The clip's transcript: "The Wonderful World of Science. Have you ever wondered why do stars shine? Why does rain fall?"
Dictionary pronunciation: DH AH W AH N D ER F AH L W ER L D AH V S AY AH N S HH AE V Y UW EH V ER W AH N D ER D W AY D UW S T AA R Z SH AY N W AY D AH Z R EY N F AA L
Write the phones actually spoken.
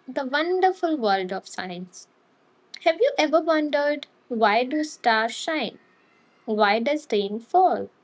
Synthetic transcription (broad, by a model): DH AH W AH N D ER F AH L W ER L D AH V S AY AH N S HH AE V Y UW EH V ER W AH N D ER D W AY D UW S T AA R SH AY N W AY D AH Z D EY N F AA L